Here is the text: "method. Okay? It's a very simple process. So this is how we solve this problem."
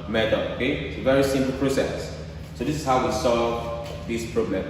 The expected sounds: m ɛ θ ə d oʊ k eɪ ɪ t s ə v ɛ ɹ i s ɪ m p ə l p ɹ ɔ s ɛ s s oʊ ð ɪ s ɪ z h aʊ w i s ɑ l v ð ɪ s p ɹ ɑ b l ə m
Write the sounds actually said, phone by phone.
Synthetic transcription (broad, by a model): m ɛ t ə oʊ k eɪ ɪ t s ə v ɛ ɹ i s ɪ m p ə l p ɹ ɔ s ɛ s s oʊ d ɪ s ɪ s h aʊ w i s ɑ l v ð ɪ s p ɹ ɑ b l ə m